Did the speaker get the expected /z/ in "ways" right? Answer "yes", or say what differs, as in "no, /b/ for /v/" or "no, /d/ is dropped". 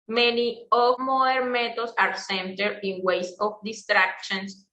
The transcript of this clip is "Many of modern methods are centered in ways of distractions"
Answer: no, /s/ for /z/